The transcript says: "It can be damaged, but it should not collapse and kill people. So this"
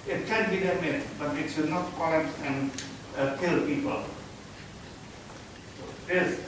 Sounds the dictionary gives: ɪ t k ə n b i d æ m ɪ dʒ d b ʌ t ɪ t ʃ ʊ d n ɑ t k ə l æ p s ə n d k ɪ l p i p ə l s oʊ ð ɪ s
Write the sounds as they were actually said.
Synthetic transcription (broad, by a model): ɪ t k ə n b i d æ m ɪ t b ʌ t ɪ t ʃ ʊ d n ɑ t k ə ɪ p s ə n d k ɪ l p i p ə l s oʊ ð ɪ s